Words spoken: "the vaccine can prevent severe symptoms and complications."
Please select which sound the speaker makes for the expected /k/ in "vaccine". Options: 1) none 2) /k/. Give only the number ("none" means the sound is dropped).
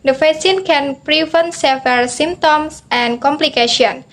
1